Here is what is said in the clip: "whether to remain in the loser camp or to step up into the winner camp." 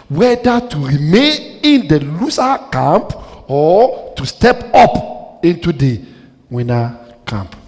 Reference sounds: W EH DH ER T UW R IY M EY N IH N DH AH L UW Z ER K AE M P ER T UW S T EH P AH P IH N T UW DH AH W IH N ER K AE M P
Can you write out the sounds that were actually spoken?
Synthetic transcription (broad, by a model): W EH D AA T UW R IY M EY N IH N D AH L UW S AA K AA M P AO T UW S T EH P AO P IH N T UW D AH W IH N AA K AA M P